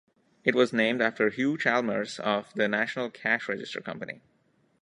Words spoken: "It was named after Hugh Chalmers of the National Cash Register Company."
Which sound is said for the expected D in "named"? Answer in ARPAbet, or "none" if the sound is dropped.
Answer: D